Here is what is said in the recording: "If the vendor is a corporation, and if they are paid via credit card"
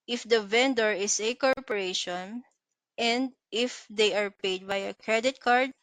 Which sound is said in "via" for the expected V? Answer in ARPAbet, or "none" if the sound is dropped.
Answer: B